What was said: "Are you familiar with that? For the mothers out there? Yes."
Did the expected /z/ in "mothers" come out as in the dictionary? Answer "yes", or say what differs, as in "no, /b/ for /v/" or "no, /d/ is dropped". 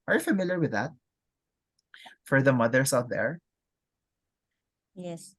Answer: no, /s/ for /z/